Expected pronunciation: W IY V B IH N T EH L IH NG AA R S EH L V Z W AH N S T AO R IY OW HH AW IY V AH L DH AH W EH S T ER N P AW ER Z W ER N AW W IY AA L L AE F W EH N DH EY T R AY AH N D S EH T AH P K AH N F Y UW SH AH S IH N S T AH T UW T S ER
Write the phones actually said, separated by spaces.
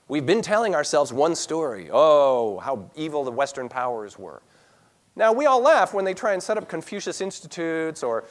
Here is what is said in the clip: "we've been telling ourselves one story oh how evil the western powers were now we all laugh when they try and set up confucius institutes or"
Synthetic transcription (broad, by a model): W IY V B IH N T EH L IH NG AA R S EH L V Z W AH N S T AO R IY OW HH AW IY V L DH AH W EH S T ER N P AW ER Z W ER N AW W IY AA L L AE F W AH N DH EY T R AY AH N S EH T AH P K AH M F Y UW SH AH S IH N S T AH T UW T S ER